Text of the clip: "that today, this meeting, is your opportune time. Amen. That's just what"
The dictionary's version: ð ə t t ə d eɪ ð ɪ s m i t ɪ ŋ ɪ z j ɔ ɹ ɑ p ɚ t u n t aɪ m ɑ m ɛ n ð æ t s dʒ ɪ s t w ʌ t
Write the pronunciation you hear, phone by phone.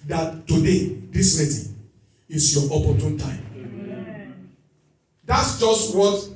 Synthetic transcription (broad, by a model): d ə t t ə d eɪ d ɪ s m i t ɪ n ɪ s j ɔ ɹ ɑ p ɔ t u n t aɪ ɑ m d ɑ t s dʒ ɪ s t w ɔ t